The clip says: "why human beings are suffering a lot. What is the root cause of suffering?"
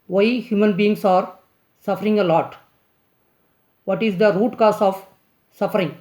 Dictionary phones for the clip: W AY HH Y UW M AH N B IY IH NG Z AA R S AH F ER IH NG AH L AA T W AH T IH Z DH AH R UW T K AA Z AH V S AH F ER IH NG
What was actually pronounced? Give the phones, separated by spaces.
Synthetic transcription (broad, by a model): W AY HH Y UW M AH N B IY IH NG S AA R S AH F ER IH NG AH L AA T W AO T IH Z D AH R UW T K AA S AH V S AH F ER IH NG